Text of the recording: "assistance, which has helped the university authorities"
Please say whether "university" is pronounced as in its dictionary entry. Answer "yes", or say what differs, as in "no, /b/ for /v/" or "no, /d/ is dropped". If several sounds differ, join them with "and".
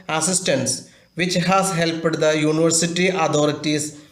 yes